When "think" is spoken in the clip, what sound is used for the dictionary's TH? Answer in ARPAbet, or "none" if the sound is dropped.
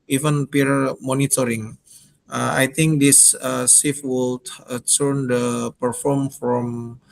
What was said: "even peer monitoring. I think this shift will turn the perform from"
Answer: T